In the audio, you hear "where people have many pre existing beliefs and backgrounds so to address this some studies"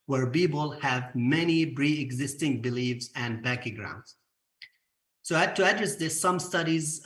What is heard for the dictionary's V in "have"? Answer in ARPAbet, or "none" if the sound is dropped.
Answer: V